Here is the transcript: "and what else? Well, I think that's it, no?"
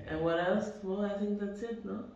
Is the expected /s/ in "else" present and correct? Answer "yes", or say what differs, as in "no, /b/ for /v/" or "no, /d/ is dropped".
yes